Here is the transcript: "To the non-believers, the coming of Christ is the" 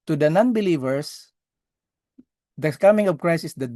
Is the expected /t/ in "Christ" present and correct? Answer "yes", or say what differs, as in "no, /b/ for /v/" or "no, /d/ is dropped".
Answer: no, /t/ is dropped